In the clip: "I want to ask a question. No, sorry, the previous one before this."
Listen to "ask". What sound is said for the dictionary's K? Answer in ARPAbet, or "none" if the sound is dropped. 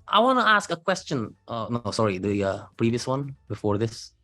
K